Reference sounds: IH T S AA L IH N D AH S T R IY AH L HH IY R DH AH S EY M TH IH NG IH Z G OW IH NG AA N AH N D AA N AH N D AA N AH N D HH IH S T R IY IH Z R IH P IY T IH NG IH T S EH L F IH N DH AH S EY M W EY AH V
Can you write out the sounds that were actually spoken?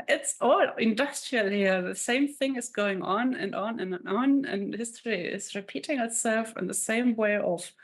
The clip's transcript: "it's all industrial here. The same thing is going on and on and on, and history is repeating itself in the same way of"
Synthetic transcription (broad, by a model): IH T S AA L IH N D AH S T R IY AH L HH IY R DH AH S EY M TH IH NG IH Z G OW IH NG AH N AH N N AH N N N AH N HH IH S T R IY IH Z R IH P IY T IH NG IH T S EH L F IH N DH AH S EY M W EY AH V